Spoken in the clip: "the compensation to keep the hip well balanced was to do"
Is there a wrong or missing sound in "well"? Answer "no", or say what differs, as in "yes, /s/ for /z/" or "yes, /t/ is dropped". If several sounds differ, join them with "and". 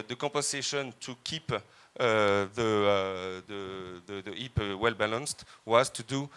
no